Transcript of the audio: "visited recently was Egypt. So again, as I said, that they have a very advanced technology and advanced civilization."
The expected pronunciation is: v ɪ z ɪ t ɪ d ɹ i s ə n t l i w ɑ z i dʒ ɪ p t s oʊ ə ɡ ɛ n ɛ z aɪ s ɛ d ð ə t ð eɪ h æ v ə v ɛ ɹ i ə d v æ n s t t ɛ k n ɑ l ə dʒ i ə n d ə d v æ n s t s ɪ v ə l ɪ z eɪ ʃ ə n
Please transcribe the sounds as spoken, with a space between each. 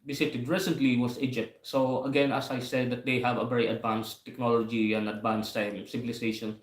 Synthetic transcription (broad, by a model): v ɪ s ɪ t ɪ d ɹ i s ə n t l i w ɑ s i dʒ ɪ p t s oʊ ə ɡ ɛ n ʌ s aɪ s ɛ d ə t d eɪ h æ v ə v ɛ ɹ i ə d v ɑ n s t t ɛ k n ɑ l ə dʒ i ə n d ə d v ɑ n s t s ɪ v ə l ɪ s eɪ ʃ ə n